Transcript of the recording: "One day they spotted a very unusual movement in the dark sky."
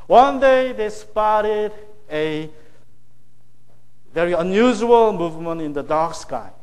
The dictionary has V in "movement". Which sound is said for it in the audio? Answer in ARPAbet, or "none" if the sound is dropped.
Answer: V